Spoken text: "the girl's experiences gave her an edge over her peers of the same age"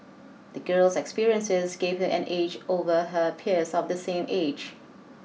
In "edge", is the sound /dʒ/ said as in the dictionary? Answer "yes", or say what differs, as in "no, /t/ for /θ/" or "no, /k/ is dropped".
yes